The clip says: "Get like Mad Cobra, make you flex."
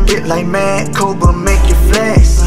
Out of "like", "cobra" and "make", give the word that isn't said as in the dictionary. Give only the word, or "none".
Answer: cobra